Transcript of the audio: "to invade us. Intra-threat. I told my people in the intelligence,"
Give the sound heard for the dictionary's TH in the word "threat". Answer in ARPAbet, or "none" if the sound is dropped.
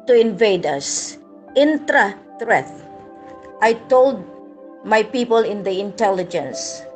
T